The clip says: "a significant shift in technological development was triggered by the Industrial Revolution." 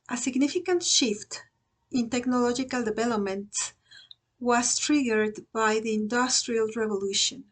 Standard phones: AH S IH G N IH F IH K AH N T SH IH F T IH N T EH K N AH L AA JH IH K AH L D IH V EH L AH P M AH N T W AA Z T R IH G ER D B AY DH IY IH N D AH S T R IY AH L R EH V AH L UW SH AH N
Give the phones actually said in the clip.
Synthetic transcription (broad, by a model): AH S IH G N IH F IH K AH N T SH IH F T IH N T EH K N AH L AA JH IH K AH L D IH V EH L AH P M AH N T W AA S T R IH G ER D B AY DH IY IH N D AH S T R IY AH L R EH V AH L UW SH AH N